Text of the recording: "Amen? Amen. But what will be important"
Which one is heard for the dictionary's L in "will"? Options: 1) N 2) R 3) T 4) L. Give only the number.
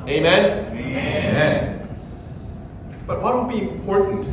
1